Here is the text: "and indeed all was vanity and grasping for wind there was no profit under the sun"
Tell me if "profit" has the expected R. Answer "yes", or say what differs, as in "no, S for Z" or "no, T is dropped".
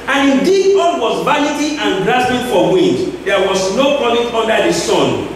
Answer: no, R is dropped